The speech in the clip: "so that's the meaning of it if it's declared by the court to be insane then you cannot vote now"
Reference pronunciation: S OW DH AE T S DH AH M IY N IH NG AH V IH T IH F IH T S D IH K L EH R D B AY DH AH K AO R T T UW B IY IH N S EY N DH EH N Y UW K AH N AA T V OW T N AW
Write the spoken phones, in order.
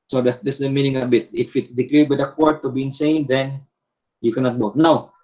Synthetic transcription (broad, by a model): S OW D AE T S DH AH M IY N IH NG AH B IH T IH F IH T S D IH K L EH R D B AY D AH K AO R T T UW B IY IH N S EY N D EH N Y UW K AH N AA T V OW T N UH